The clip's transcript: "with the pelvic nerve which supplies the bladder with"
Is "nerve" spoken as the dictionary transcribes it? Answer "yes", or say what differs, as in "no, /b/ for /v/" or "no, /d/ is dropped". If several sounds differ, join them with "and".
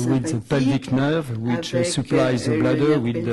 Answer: yes